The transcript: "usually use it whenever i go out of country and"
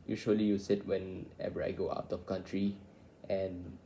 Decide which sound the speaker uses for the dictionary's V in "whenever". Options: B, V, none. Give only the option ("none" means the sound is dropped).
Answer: B